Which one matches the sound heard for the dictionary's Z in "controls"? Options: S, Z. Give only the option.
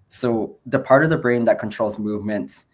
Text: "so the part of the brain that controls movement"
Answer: Z